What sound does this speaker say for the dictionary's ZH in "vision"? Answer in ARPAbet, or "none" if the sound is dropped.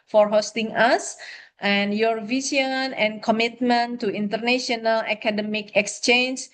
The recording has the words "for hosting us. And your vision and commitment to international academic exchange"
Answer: S